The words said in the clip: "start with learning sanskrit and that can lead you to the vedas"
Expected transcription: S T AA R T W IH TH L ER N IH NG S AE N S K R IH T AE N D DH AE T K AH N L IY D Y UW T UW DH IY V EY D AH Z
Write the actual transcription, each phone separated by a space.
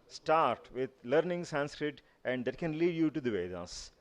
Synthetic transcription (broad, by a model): S T AA R T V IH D L ER N IH NG S AE N S K R IH T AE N D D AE T K AH N L IY D Y UW T UW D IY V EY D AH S